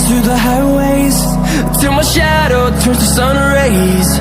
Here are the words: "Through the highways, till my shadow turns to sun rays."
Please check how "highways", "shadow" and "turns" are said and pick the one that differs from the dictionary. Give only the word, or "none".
turns